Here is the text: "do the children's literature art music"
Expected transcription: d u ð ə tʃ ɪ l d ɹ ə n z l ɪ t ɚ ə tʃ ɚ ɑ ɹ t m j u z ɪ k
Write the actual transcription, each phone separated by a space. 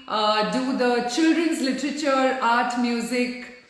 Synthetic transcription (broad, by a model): d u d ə tʃ ɪ l d ɹ ə n z l ɪ t ɚ ə tʃ ɚ ɑ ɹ t m j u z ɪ k